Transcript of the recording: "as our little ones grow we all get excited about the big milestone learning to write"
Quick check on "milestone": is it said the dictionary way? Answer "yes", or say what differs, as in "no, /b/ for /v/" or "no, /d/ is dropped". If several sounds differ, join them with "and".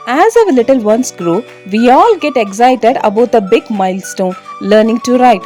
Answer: yes